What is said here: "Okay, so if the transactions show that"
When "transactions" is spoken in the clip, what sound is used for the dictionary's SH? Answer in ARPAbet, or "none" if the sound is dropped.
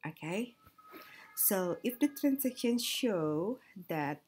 none